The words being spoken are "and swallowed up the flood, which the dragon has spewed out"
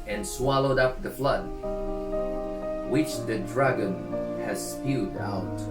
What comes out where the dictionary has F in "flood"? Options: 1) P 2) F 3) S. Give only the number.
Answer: 2